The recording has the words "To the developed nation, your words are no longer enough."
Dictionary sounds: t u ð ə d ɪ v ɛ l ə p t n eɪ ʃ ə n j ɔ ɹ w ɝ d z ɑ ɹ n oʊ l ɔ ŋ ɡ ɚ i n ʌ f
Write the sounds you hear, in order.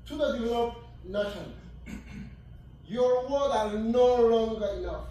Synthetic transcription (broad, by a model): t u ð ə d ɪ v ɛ l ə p n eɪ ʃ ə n j ɔ ɹ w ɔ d ɑ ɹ n oʊ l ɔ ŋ ɡ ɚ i n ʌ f